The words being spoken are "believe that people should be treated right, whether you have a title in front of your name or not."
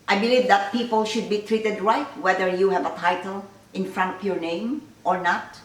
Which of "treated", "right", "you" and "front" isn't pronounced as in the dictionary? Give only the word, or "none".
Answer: none